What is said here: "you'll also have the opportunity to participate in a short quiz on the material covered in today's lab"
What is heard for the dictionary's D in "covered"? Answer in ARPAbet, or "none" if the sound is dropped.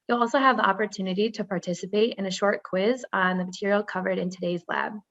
D